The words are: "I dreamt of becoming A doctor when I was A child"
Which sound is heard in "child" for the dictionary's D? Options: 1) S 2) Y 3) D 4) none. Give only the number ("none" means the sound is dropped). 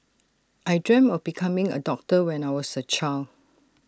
4